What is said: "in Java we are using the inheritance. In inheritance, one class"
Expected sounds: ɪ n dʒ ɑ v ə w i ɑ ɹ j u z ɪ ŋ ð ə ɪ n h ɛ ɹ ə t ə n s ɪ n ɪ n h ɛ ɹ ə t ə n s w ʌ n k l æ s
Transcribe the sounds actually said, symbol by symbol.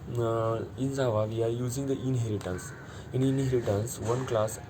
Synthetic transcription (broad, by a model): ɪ n z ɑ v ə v i ɑ ɹ j u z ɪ ŋ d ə ɪ n h ɛ ɹ ə t ə n s ɪ n ɪ n h ɛ ɹ ə t ə n s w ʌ n k l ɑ s